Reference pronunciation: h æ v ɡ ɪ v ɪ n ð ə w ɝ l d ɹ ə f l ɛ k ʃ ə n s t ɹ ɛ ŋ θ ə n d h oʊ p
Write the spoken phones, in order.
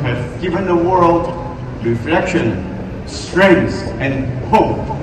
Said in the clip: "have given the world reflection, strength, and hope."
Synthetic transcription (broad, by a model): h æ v ɡ ɪ v ɪ n ð ə w ɝ l d ɹ ə f l ɛ k ʃ ə n s t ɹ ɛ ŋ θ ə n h oʊ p